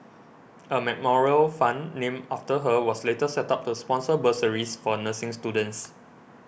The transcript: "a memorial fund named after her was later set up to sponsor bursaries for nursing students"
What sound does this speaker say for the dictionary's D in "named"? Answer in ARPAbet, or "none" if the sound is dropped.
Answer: none